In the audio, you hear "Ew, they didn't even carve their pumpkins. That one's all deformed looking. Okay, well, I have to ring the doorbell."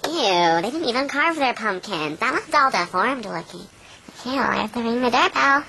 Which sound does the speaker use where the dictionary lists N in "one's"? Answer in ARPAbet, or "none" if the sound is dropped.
none